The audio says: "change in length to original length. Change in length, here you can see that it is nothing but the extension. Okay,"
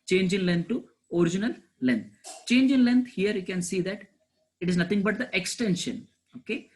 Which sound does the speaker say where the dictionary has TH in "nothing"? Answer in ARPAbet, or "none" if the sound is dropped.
T